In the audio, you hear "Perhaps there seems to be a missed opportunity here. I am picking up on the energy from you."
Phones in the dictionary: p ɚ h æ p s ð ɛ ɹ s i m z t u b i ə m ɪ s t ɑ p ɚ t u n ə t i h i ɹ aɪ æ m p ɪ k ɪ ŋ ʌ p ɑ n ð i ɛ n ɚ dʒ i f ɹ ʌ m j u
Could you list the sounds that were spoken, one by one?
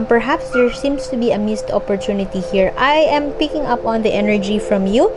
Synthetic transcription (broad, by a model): p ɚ h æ p s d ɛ ɹ s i m s t u b i ə m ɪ s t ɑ p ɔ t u n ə t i h i ɹ aɪ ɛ m p ɪ k ɪ ŋ ʌ p ɑ n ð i ɛ n ɚ dʒ i f ɹ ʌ m j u